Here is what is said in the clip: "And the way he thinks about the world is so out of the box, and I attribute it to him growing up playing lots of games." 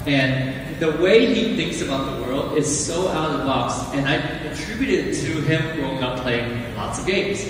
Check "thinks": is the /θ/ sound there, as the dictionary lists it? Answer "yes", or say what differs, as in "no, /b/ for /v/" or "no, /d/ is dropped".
yes